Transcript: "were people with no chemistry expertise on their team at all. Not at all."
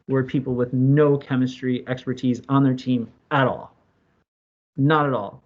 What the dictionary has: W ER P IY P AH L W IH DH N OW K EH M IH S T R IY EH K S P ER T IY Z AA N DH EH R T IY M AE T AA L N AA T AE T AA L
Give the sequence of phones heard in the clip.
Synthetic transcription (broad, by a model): W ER P IY P L W IH DH N OW K EH M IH S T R IY EH K S P ER T IY Z N DH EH R T IY M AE T AA L N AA T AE T AA L